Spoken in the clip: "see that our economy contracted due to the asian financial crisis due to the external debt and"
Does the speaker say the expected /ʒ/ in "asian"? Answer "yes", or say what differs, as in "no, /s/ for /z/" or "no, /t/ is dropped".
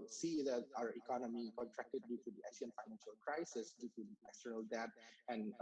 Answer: no, /s/ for /ʒ/